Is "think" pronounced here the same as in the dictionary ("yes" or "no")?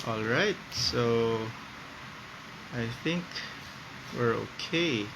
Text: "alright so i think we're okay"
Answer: yes